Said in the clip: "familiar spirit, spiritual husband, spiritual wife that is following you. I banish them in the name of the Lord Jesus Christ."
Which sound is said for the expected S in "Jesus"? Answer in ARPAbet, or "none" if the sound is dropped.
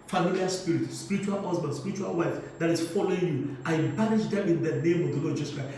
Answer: none